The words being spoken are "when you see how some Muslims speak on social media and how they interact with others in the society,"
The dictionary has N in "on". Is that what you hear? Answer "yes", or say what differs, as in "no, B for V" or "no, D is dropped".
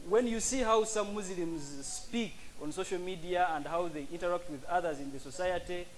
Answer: yes